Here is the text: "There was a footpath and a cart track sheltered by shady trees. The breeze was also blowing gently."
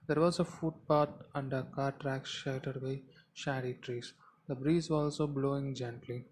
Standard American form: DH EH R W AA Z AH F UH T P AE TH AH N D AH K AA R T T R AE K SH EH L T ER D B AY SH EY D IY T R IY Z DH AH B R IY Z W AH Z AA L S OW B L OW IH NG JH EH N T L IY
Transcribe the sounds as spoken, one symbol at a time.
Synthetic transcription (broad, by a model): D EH R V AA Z AH F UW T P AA T AH N D AH K AA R T T R AE K SH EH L T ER D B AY SH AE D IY T R IY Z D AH B R IY Z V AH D AA L S OW B L OW IH NG JH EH N T L IY